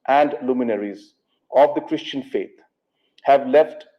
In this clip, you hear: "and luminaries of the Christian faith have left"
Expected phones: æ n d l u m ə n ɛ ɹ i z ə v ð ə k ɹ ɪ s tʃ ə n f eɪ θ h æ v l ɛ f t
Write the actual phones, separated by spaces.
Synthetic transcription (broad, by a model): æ n d l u m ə n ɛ ɹ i z ə v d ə k ɹ ɪ s tʃ ə n f eɪ t h æ v l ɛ f t